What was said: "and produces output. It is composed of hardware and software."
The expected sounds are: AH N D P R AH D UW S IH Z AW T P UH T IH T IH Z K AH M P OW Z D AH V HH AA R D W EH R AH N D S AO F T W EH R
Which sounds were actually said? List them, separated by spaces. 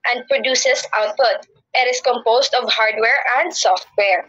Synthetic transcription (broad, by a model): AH N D P R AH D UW S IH S AW T P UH T IH T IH S K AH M P OW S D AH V HH AA R D W EH R AH N D S AO F T W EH R